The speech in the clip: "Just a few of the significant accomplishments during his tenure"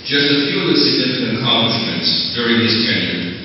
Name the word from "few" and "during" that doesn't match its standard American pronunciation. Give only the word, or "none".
none